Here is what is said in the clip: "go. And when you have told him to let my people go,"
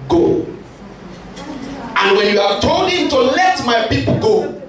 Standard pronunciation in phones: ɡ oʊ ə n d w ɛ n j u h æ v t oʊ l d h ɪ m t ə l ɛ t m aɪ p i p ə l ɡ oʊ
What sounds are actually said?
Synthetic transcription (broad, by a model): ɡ oʊ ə n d w ɛ n j u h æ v t oʊ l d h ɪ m t ə l ɛ t m aɪ p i p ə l ɡ oʊ